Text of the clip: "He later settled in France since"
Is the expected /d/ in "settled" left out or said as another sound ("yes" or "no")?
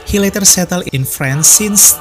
yes